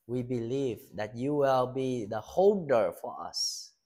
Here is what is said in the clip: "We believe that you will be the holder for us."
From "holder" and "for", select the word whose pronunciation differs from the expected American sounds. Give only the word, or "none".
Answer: holder